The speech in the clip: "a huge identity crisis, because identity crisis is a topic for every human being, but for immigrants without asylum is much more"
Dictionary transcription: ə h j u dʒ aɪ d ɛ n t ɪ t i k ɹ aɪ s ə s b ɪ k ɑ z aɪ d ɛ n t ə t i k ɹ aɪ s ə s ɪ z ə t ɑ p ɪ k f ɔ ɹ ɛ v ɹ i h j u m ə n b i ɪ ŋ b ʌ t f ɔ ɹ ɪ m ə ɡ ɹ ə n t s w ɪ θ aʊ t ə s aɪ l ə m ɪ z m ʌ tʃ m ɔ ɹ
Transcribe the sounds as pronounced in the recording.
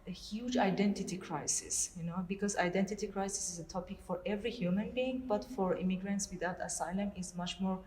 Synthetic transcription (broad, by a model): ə h j u dʒ aɪ d ɛ n t ɪ t i k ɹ aɪ s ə s b ɪ k ɑ z aɪ d ɛ n t ə t i k ɹ aɪ s ə s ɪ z ə t ɑ p ɪ k f ɔ ɹ ɛ v ɹ i h j u m ə n b i ɪ ŋ b ʌ t f ɔ ɹ ɪ m ə ɡ ɹ ə n t s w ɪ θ aʊ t ə s aɪ l ə m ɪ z m ʌ tʃ m ɔ ɹ